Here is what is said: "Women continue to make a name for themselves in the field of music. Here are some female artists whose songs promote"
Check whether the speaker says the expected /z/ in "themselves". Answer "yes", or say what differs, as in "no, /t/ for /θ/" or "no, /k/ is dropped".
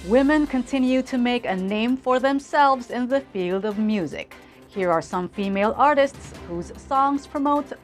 yes